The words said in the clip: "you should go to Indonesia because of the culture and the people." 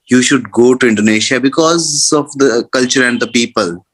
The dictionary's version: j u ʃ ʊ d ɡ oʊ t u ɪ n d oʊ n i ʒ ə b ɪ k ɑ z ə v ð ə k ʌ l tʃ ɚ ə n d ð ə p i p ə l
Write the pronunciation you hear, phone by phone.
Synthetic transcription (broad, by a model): j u ʃ ʊ d ɡ oʊ t u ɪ n d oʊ n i ʃ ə b ɪ k ɑ z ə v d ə k ʌ l tʃ ɚ ə n d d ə p i p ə l